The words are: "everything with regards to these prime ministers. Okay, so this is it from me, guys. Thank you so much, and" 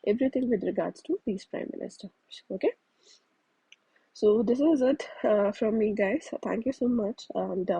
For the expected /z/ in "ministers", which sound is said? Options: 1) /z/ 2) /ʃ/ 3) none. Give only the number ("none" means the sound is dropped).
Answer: 3